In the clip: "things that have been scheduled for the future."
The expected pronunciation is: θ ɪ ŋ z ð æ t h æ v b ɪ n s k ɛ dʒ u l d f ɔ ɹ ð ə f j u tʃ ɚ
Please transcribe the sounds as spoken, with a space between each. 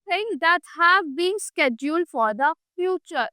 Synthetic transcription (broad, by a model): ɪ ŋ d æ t h æ v b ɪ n s k ɛ dʒ u l d f ɔ ɹ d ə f j u tʃ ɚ